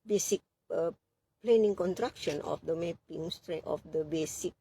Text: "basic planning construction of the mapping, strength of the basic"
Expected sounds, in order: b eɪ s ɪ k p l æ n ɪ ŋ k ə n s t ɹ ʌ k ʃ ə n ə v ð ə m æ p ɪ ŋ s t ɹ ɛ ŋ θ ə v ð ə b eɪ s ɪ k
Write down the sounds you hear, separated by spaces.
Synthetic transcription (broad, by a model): b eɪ s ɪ k p l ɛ n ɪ ŋ k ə n t ɹ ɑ k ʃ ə n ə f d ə m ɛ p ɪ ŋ s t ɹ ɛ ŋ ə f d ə b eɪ s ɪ k